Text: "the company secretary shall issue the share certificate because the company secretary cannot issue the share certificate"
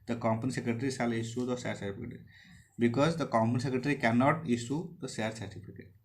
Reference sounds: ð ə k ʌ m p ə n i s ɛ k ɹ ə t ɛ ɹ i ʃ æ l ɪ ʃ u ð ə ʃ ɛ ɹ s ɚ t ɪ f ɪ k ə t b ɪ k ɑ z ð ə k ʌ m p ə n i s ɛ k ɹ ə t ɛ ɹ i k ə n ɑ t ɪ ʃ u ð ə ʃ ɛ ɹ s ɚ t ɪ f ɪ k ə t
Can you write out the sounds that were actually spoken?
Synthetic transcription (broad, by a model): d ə k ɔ m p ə n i s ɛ k ɹ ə t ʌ ɹ i s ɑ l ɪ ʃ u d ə s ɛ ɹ s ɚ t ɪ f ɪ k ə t b ɪ k ɑ z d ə k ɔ m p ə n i s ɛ k ɹ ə t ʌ ɹ i k ə n ɑ t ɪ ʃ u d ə s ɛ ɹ s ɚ t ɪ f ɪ k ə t